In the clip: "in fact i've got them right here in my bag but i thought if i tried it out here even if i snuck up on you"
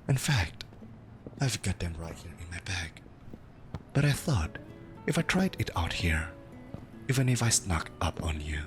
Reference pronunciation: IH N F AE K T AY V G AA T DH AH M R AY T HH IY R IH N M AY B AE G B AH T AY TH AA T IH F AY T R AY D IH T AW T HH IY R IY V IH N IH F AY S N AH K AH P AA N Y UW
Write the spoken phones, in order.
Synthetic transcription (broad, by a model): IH N F AE K T AY V G AA T DH AH M R AY T HH IY R IH N M AY B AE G B AH T AY TH AA T IH F AY T R AY D IH T AW T HH IY R IY V IH N IH F AY S N AH K AH P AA N Y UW